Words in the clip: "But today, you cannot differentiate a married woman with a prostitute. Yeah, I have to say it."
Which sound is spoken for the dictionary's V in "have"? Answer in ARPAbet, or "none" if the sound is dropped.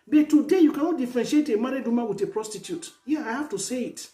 F